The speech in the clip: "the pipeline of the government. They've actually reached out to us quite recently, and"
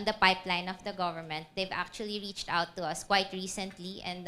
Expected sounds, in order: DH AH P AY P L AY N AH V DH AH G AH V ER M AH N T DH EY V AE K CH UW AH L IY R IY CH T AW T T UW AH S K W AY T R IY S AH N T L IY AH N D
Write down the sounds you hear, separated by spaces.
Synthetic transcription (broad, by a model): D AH P AY P L AY N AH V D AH G AH V ER M AH N T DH EY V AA K CH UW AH L IY R IY CH T AW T T UW AH S K W AY T R IY S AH N T L IY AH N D